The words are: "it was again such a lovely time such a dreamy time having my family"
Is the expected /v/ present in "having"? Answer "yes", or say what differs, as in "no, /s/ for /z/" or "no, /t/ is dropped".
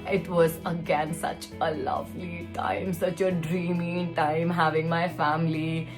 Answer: yes